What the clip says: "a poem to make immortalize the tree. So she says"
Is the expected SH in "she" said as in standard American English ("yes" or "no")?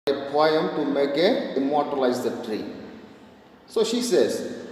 yes